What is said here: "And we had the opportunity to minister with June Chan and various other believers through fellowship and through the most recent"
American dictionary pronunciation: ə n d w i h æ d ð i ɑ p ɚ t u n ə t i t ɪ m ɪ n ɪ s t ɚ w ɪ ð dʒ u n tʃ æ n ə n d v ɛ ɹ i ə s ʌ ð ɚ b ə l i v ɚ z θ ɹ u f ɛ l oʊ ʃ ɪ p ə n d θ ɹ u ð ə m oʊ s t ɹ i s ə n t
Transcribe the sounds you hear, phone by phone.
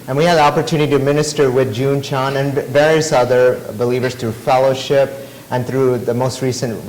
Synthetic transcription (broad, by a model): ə n w i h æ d ð i ɑ p ɚ t u n ə t i t ɪ m ɪ n ɪ s t ɚ w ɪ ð dʒ u n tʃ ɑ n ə n v ɛ ɹ i ə s ʌ ð ɚ b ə l i v ɚ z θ ɹ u f ɛ l oʊ ʃ ɪ p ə n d θ ɹ u ð ə m oʊ s t ɹ i s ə n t